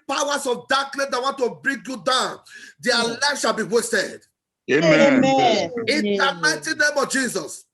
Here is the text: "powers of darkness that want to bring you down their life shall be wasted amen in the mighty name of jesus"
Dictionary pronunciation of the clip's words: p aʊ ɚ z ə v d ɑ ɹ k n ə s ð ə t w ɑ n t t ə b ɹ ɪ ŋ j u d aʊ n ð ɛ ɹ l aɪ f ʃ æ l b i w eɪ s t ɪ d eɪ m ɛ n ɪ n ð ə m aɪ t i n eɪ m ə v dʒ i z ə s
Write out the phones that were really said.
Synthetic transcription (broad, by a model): p aʊ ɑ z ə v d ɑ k l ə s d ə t w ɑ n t t ə b ɹ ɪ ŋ j u d aʊ n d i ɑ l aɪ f ʃ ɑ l b i w eɪ s t ɪ d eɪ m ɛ ɪ n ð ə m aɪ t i n eɪ m ə v dʒ i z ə s